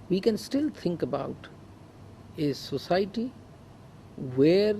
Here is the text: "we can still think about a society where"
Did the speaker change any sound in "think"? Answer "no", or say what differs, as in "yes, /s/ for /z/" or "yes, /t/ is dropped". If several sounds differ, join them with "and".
yes, /t/ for /θ/